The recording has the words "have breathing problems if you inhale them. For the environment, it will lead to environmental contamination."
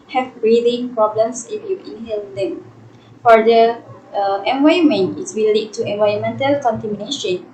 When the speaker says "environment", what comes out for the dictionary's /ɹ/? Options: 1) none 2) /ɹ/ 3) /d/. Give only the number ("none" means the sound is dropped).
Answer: 1